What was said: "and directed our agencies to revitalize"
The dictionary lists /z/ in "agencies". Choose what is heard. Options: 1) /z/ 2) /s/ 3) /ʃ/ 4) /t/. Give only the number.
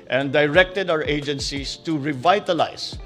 2